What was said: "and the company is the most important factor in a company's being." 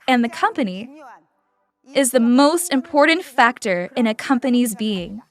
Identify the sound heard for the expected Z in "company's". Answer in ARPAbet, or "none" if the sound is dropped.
Z